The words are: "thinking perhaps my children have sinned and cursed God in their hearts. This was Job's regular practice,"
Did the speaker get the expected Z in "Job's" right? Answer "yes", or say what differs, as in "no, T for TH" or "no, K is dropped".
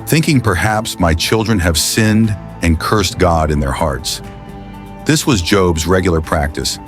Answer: yes